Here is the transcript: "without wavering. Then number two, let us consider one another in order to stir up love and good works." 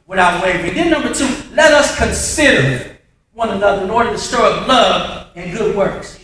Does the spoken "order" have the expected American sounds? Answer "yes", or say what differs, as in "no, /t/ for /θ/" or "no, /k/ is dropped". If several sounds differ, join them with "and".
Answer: yes